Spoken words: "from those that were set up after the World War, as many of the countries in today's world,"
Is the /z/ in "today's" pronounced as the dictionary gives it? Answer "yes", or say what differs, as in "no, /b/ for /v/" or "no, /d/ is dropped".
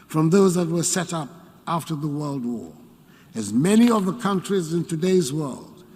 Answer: yes